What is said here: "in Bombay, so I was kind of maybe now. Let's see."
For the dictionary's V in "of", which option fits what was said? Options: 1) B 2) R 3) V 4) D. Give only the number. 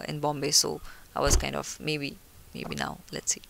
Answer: 1